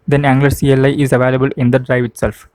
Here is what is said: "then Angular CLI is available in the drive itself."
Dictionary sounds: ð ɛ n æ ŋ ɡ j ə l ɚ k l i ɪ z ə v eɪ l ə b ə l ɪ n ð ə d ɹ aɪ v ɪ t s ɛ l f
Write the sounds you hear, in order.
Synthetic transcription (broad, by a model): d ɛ n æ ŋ ɡ l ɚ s l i ɪ z ə v eɪ l ə b ə l ɪ n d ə d ɹ aɪ v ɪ t s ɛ l f